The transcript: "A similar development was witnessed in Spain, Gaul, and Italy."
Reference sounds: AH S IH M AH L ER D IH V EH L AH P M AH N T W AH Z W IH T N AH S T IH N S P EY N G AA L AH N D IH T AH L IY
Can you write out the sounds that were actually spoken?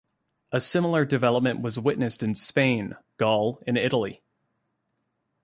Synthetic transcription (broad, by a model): AH S IH M L ER D IH V EH L AH P M AH N T W AH Z W IH T N AH S T IH N S P EY N G AA L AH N IH T L IY